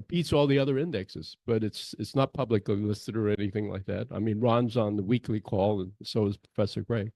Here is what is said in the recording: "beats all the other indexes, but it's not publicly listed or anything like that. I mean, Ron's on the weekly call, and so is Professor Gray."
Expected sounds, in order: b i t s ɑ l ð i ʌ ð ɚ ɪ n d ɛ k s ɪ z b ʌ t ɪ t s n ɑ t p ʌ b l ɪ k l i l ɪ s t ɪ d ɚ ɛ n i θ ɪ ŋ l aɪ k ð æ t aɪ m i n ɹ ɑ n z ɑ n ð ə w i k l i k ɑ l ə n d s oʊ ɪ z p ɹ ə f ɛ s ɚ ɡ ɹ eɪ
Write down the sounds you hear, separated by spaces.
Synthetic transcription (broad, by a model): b i t s ɑ l ð i ʌ ð ɚ ɪ n d ɛ k s ɪ z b ʌ t ɪ t s n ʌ t p ʌ b l ɪ k l i l ɪ s t ɪ d ɚ ɛ n i θ ɪ ŋ l aɪ k ð æ t aɪ m i n ɹ ɑ n z n ð ə w i k l i k ɑ l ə n s oʊ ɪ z p ɹ ə f ɛ s ɚ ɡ ɹ eɪ